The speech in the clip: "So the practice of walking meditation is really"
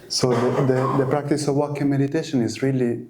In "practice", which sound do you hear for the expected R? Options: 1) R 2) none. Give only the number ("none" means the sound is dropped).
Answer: 1